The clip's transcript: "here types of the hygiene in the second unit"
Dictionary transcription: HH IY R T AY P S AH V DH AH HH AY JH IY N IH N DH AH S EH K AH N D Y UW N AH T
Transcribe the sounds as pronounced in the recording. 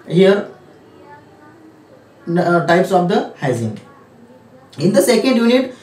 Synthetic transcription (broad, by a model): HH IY R T AY P S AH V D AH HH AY Z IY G IH N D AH S EH K AH N D Y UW N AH T